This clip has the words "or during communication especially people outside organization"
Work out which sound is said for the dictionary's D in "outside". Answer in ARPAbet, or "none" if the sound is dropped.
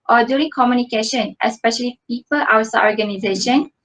none